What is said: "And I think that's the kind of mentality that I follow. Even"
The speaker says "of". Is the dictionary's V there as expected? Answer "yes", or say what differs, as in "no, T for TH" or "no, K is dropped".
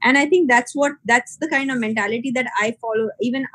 yes